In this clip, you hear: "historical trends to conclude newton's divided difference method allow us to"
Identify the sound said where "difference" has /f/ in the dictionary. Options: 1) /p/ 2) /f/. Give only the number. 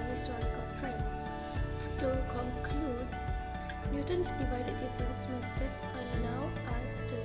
1